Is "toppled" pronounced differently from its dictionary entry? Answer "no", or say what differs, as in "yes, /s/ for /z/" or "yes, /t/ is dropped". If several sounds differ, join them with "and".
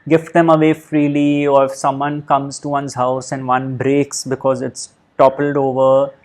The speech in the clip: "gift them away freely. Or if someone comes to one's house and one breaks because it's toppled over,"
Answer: no